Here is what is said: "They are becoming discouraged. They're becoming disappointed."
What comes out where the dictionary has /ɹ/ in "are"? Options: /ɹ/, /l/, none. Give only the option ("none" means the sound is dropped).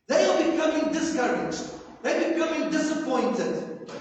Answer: /l/